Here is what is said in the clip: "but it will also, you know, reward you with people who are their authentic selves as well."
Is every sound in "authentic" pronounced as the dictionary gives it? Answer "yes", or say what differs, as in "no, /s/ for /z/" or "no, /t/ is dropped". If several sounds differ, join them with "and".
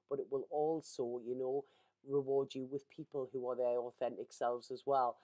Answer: yes